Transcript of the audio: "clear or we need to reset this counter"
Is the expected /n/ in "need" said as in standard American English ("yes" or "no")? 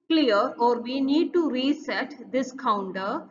yes